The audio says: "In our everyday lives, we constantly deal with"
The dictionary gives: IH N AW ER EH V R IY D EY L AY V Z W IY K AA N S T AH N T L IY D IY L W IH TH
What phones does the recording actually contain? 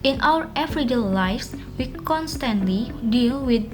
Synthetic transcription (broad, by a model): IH N AW ER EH F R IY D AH L AY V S W IY K AA N S T AH N T L IY D IY L W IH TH